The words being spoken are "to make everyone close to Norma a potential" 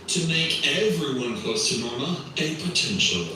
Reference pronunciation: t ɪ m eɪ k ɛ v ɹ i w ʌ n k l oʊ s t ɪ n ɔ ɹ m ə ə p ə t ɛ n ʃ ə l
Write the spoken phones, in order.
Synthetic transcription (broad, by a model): t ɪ m eɪ k ɛ v ɹ i w ʌ n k oʊ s t ɪ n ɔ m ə ə p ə t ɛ n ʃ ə l